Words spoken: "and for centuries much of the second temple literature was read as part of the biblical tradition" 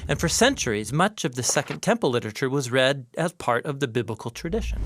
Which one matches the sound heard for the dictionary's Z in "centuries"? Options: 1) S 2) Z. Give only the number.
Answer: 2